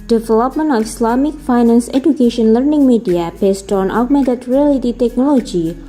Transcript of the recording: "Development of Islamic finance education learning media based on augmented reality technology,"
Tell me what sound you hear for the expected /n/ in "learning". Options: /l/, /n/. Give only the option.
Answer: /n/